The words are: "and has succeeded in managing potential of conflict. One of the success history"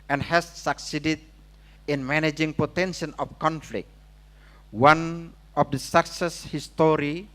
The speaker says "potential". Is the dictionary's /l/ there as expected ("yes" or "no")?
no